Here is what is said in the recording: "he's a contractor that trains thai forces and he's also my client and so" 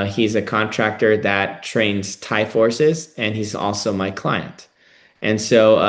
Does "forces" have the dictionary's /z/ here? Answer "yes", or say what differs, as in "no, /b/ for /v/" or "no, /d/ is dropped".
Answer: yes